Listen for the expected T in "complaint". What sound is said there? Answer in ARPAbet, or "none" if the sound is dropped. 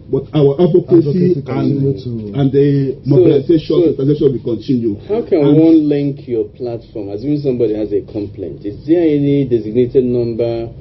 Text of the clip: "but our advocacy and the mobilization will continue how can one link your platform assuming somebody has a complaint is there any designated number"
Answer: T